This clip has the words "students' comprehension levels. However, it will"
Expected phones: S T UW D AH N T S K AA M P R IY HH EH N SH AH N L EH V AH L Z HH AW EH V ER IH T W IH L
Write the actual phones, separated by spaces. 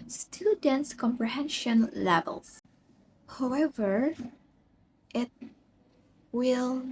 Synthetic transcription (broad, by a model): S T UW D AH N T S K AA M P R IY HH EH N SH AH N L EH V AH L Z HH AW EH V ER IH T W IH L